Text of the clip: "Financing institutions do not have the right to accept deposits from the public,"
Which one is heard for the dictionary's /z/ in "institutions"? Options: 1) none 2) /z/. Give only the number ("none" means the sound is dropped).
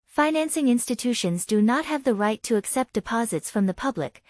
2